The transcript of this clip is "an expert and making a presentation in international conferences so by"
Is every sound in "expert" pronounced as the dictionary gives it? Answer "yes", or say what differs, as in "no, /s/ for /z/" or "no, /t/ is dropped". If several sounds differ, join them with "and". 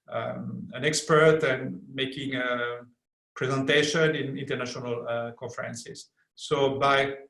yes